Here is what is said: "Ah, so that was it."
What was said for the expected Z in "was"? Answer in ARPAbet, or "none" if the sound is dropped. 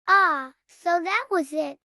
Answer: Z